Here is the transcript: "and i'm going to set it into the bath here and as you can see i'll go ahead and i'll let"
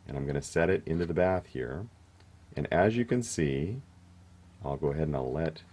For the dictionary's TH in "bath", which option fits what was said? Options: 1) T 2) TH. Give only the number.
2